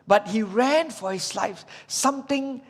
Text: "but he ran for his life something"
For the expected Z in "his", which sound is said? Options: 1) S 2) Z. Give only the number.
1